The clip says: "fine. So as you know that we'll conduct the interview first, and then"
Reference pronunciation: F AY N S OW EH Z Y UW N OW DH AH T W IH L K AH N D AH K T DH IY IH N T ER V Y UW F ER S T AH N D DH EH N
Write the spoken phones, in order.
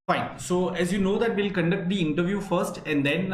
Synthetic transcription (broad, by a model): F AY N S OW EH Z Y UW N OW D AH T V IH L K AH N D AH K T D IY IH N T ER V Y UW F ER S T AH N D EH N